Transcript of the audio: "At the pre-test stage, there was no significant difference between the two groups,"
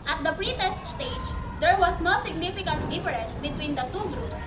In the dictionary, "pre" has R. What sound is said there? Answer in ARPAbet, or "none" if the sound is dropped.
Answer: R